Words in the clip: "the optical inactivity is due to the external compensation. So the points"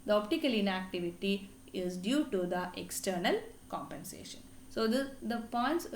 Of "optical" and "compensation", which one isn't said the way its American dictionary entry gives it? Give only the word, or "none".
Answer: none